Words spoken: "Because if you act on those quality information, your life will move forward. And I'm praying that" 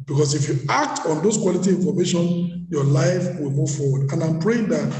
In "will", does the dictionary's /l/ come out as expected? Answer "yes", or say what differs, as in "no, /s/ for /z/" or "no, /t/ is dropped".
yes